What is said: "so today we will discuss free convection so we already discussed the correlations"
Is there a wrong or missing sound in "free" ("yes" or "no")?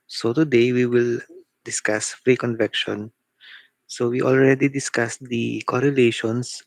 no